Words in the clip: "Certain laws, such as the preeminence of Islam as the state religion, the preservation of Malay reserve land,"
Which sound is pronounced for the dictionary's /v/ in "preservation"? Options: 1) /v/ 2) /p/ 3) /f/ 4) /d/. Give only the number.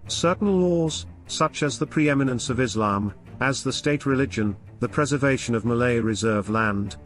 1